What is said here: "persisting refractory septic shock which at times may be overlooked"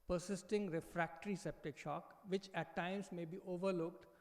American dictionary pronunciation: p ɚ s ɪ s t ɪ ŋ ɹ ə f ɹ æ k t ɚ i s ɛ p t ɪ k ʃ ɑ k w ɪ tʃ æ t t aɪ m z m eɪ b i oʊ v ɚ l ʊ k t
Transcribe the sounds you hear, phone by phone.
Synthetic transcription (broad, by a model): p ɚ s ɪ s t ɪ ŋ ɹ ə f ɹ æ k t ɚ i s ɛ p t ɪ k ʃ ɑ k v ɪ tʃ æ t t aɪ m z m eɪ b i oʊ v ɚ l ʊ k t